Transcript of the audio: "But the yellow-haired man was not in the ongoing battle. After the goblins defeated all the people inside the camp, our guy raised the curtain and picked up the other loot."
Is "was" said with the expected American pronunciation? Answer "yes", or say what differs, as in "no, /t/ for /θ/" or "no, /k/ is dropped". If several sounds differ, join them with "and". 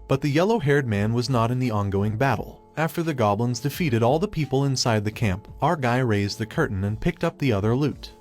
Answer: yes